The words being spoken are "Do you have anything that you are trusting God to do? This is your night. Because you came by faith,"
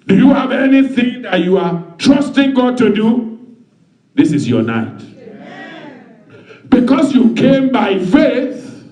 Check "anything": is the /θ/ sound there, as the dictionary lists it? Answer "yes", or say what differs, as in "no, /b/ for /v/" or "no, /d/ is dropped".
yes